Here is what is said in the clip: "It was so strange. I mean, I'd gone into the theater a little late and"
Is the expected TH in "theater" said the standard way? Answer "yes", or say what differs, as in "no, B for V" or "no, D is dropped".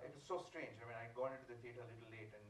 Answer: no, F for TH